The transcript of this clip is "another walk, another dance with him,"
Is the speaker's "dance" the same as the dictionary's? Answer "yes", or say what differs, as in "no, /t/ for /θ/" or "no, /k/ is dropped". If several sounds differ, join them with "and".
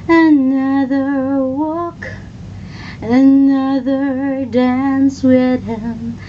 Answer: yes